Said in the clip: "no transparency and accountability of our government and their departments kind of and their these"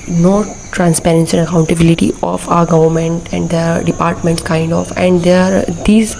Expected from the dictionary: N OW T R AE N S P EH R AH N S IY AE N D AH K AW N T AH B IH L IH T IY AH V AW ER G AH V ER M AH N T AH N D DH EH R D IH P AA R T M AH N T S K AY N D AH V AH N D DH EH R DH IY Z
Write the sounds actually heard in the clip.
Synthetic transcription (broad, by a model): N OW T R AE N S P EH R AH N S IY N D AH K AW N T AH B IH L IH T IY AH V AW ER G AH V ER M AH N T AH N D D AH D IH P AA R T M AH N T K AY N D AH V AH N D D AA R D IY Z